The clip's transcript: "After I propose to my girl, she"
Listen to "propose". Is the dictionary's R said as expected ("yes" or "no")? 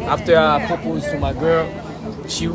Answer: no